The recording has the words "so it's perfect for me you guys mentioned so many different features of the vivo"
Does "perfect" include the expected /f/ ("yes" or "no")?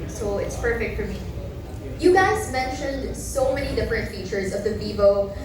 yes